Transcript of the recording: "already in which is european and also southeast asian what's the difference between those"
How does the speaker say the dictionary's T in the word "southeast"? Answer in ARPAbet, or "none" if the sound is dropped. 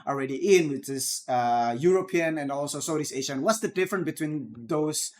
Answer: none